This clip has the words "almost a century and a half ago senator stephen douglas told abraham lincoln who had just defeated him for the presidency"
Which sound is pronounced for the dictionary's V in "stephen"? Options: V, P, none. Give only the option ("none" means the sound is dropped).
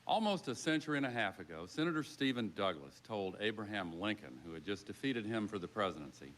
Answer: V